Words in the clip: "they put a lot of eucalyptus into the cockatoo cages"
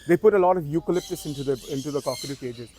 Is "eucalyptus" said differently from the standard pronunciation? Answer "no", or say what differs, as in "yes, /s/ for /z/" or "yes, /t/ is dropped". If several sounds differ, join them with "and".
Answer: no